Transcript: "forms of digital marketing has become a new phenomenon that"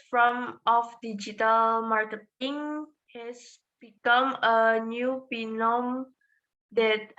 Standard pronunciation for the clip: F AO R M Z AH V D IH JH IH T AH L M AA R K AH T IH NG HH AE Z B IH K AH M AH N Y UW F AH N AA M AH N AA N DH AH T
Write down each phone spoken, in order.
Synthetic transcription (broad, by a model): F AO M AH F D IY JH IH T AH L M AA R K AH T IH NG HH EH S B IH K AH M AH N Y UW P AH N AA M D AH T